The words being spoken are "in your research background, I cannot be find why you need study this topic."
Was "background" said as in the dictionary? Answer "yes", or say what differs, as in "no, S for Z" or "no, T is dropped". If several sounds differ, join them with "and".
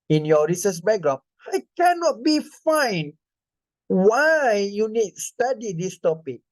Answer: no, D is dropped